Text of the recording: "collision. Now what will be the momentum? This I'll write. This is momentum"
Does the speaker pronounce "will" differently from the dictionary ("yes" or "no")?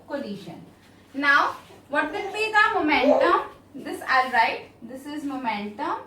yes